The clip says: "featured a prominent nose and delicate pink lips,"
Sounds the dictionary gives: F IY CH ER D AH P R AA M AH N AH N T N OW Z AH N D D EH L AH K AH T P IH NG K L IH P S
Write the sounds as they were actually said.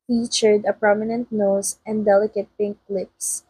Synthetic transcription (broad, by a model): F IY CH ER D AH P R AA M AH N AH N T N OW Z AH N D D EH L AH K AH T P IH NG K L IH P S